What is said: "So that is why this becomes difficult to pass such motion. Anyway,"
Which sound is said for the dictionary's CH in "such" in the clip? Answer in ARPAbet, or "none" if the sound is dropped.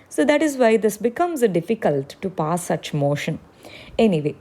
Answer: CH